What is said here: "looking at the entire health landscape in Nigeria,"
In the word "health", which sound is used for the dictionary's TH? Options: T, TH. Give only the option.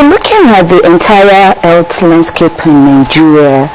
T